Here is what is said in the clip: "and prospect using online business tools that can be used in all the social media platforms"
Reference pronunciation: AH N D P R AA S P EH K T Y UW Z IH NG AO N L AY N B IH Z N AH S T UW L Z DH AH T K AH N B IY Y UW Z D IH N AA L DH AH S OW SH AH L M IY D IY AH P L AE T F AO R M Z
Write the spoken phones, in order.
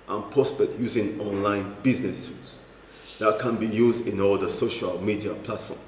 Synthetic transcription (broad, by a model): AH N P R AA S P EH K T Y UW Z IH NG AO N L AY N B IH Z N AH S T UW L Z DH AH T K AH N B IY Y UW Z D IH N AA L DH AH S OW SH AH L M IY D IY AH P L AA T F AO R M